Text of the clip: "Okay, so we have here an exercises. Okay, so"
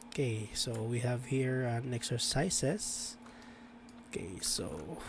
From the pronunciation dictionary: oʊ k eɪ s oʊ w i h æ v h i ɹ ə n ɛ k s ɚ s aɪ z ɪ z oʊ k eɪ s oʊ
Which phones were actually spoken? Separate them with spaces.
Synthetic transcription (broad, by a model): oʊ k eɪ s oʊ w i h æ v h i ɹ ə n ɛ k s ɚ s aɪ s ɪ s oʊ k eɪ s oʊ